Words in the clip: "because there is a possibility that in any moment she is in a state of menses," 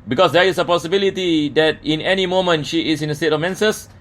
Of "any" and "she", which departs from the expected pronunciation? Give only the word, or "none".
none